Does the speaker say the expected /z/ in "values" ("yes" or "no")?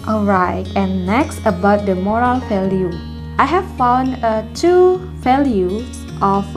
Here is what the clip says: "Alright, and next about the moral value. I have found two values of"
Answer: no